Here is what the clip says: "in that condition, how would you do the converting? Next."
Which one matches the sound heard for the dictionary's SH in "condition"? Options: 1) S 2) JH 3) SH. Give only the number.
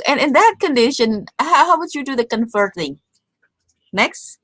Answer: 3